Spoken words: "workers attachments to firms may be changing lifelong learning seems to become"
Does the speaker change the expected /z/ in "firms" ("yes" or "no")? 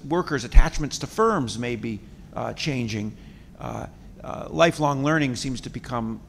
no